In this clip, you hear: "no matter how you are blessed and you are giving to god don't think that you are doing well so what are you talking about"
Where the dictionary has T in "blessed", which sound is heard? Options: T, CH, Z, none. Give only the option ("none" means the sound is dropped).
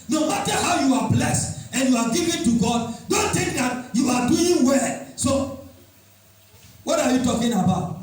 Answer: T